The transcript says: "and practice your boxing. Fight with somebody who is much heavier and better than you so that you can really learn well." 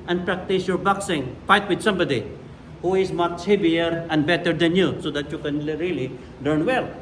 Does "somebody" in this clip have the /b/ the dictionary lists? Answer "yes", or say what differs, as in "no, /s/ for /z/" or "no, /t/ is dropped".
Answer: yes